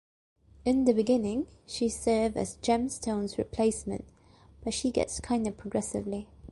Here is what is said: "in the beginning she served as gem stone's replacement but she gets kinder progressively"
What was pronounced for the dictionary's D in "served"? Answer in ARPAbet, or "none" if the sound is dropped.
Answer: none